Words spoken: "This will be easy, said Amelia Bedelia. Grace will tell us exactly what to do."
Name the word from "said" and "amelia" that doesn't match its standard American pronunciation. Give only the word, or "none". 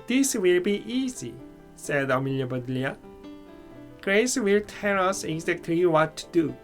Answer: none